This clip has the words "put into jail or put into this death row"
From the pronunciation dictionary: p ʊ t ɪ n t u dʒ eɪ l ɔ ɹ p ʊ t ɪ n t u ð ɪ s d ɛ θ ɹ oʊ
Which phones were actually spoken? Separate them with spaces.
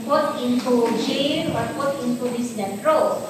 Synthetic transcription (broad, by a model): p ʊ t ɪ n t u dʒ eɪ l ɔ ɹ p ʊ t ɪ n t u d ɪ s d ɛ t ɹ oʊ